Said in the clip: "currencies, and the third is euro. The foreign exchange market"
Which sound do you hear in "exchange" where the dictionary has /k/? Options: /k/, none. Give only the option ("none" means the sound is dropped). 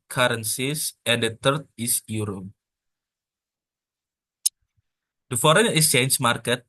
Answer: none